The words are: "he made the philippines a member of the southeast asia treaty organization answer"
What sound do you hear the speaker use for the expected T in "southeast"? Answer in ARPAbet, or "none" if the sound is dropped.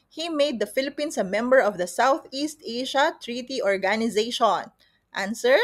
T